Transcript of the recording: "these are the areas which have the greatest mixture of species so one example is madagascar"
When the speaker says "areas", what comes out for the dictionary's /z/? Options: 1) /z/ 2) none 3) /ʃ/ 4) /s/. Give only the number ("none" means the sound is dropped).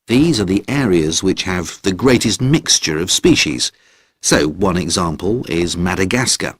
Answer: 1